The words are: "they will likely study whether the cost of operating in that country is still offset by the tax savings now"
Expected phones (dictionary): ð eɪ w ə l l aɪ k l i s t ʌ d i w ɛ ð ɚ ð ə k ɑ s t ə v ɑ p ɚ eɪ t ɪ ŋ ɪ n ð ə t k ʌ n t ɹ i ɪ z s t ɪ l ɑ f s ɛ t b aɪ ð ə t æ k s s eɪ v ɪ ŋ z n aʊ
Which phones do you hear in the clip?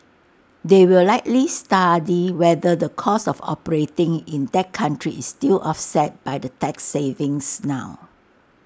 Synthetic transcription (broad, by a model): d eɪ w ə l l aɪ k l i s t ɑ d i w ɛ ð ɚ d ə k ɑ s ə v ɑ p ɚ eɪ t ɪ ŋ ɪ n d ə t k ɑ n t ɹ i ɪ s t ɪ l ɑ f s ɛ t b aɪ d ə t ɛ k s s eɪ v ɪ ŋ s n aʊ